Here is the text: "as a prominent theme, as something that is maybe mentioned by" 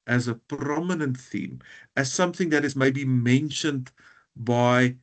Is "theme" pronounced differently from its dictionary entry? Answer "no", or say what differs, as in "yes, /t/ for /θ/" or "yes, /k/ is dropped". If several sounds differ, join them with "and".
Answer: no